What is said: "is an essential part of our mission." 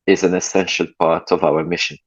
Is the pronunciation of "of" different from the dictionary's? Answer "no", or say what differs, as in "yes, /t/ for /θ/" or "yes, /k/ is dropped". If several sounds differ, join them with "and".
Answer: no